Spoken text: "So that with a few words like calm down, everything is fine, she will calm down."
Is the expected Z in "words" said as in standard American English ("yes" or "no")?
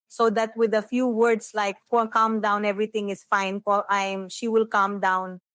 no